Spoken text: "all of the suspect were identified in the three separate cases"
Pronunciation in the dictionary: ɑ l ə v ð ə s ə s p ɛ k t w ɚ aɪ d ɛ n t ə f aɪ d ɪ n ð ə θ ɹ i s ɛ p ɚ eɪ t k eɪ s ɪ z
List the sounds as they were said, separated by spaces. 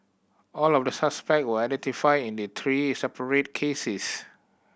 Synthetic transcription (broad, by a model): ɑ l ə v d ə s ə s p ɛ k t w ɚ aɪ d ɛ n t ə f aɪ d ɪ n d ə t ɹ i s ɛ p ɚ eɪ t k eɪ s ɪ s